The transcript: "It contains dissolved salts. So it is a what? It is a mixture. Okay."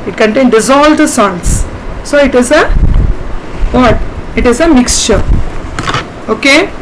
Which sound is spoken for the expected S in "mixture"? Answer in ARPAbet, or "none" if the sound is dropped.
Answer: S